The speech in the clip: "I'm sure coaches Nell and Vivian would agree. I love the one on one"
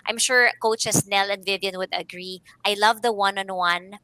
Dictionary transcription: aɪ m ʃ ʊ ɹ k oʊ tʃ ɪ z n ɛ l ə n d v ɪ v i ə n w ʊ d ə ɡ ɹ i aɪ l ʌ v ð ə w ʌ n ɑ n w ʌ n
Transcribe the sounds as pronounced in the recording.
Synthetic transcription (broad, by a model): aɪ m ʃ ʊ ɹ k oʊ tʃ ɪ s n ɛ l ə n d v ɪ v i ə n w ʊ d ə ɡ ɹ i aɪ l ʌ v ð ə w ʌ n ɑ n w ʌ n